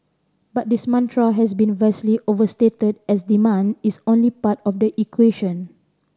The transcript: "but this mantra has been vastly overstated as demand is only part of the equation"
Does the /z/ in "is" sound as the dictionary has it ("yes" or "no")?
no